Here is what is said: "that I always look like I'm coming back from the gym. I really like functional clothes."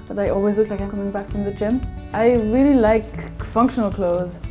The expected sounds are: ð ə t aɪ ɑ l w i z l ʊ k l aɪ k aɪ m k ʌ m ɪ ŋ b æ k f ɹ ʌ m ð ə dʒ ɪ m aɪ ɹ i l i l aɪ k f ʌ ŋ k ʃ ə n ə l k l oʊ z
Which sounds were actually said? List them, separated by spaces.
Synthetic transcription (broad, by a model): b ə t aɪ ɑ l w i z l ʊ k l aɪ k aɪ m k ʌ m ɪ ŋ b æ k f ɹ ʌ m ð ə tʃ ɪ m aɪ ɹ i l i l aɪ k f ʌ ŋ k ʃ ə n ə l k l oʊ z